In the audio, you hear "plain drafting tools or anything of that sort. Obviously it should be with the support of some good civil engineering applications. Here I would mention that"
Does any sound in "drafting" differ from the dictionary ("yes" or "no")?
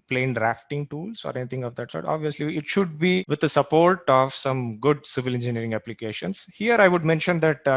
no